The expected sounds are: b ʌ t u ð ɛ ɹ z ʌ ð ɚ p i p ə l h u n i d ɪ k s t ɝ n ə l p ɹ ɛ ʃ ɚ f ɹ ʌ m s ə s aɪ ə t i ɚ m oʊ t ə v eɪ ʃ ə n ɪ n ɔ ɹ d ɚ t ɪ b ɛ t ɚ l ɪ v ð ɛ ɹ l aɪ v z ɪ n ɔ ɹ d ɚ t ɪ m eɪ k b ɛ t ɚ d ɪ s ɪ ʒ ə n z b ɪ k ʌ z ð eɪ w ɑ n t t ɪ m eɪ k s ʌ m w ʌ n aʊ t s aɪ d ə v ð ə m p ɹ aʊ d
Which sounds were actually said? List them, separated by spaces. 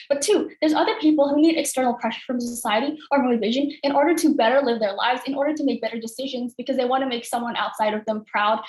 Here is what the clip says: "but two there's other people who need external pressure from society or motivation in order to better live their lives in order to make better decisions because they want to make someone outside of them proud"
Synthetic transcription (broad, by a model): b ʌ t u ð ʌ ɹ z ʌ ð ɚ p i p l h u n i d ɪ k s t ɝ n l p ɹ ɛ ʃ ɚ f ɹ ʌ m s ə s aɪ ə t i ɚ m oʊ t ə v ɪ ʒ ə n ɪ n ɔ ɹ d ɚ t ɪ b ɛ t ɚ l ɪ v ð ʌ ɹ l aɪ v z ɪ n ɔ ɹ d ɚ t ɪ m eɪ k b ɛ t ɚ d ɪ s ɪ ʒ ə n z b ɪ k ʌ z ð eɪ w ɑ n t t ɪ m eɪ k s ʌ m w ʌ n aʊ t s aɪ d ə v ð ə m p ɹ aʊ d